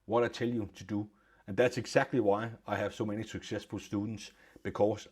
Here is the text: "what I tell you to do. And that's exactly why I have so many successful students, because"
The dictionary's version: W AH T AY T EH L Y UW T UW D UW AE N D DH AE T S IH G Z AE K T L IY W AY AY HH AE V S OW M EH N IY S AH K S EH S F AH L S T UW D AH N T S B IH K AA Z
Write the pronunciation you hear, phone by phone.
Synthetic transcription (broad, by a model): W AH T AY S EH L Y UW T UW D UW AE N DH AE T S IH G S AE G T L IY W AY AY HH AE V S OW M EH N IY S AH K S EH S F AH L S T UW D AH N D S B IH K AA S